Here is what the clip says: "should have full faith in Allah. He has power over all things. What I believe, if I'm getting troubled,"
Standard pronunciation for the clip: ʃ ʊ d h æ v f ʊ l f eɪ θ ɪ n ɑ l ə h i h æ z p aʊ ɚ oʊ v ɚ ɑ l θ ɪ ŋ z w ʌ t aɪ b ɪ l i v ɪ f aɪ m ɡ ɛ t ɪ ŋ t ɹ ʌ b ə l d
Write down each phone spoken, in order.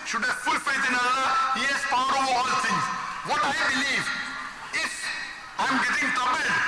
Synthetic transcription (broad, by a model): ʃ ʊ d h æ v f ʊ l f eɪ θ ɪ n ɑ l ə h i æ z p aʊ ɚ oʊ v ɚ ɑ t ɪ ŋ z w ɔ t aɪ b ɪ l i v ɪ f aɪ m ɡ ɛ t ɪ ŋ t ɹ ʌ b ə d